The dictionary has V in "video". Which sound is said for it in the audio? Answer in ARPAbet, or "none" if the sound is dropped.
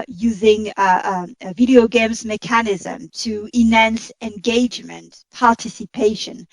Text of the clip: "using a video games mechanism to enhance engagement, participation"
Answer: V